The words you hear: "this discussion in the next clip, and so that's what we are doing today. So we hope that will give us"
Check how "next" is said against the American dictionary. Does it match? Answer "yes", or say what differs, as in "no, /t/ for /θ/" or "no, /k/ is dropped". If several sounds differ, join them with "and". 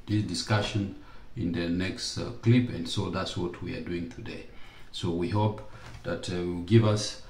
yes